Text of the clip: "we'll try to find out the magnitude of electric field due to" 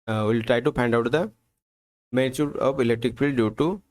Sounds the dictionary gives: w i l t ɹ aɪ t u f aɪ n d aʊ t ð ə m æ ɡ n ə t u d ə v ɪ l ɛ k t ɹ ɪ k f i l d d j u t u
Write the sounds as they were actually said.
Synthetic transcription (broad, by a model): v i l t ɹ aɪ t u p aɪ n d aʊ t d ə m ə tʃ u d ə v ɪ l ɛ k t ɹ ɪ k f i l d d j u t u